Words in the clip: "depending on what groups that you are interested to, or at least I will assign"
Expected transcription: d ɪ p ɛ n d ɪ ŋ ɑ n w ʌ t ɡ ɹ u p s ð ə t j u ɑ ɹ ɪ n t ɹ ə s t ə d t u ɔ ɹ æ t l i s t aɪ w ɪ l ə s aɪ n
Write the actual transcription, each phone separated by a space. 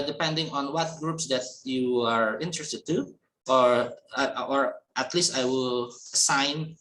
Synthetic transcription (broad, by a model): d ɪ p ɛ n d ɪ ŋ ɑ n w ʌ t ɡ ɹ u p s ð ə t j u ɑ ɹ ɪ n t ɹ ə s t ə d t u ɔ ɹ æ t l i s t aɪ w ɪ l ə s aɪ n